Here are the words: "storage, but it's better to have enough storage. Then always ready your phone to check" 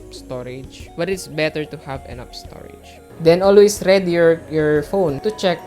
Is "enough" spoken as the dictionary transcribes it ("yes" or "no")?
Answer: no